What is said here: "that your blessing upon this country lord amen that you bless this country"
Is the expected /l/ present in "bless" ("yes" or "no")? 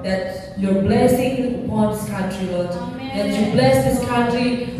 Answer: yes